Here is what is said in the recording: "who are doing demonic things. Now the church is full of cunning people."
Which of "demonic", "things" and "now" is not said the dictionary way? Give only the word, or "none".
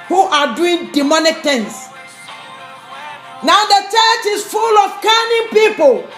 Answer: things